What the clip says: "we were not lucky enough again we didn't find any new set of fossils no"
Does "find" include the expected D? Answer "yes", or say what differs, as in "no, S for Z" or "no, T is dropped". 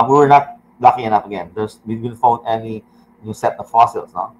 no, D is dropped